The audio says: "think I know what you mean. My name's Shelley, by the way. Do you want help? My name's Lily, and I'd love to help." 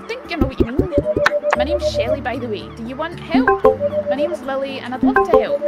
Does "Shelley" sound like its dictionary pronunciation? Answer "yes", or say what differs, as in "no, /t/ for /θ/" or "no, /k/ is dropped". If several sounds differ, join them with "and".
yes